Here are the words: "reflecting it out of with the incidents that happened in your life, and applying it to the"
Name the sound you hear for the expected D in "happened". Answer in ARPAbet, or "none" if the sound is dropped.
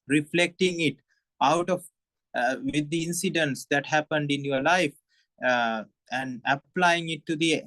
D